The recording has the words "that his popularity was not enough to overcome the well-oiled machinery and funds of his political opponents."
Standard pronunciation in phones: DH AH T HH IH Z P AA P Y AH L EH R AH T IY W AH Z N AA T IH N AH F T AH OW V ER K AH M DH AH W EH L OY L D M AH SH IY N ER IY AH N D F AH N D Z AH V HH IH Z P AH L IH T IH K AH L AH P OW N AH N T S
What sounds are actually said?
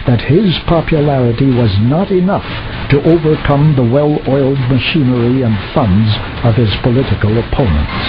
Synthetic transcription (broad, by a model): DH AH T HH IH Z P AA P Y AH L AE R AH T IY W AH Z N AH T IH N AH F T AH OW V ER K AH M DH AH W EH L OY L D M AH SH IY N ER IY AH N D F AH N D Z AH V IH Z P AH L IH T IH K AH L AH P OW N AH N T S